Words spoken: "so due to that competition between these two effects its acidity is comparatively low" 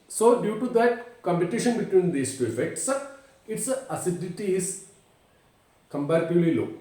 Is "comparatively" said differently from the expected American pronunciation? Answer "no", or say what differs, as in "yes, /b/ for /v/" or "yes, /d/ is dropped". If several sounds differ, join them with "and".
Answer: yes, /b/ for /p/